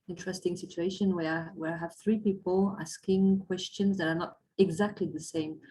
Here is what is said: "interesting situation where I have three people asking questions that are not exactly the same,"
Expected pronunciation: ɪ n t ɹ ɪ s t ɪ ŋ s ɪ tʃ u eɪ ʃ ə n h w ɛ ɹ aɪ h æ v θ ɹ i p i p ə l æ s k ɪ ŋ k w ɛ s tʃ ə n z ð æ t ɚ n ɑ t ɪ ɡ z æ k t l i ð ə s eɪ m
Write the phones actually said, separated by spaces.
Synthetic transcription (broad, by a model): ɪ n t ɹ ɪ s t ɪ ŋ s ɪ tʃ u eɪ ʃ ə n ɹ w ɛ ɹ aɪ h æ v θ ɹ i p i p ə l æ s k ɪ ŋ k w ɛ s tʃ ə n z ð æ t ɚ n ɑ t ɪ ɡ z æ k t l i ð ə s eɪ m